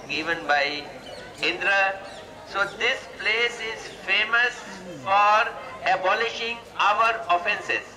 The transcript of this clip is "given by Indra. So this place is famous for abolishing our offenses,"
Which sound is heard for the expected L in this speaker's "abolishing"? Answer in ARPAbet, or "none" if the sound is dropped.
L